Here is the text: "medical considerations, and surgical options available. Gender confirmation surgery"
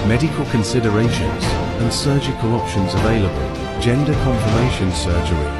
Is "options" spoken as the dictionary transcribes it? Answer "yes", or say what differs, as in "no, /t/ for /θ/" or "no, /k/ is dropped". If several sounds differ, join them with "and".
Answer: yes